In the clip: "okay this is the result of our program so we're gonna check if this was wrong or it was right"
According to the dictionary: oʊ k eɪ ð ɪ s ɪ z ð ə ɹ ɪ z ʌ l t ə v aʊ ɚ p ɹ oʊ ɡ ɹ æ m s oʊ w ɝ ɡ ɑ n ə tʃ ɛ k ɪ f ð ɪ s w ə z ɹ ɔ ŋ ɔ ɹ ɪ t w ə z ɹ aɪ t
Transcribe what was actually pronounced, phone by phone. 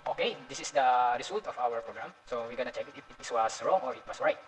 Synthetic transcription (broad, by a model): oʊ k eɪ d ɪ s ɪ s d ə ɹ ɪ s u l t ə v aʊ ɚ p ɹ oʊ ɡ ɹ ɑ m s oʊ w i ɡ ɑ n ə tʃ ɛ k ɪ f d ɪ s w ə s ɹ ɔ ŋ ɔ ɹ ɪ t w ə s ɹ aɪ t